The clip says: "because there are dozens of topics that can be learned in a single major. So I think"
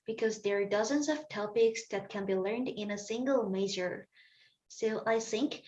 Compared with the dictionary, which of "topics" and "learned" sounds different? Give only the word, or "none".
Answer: none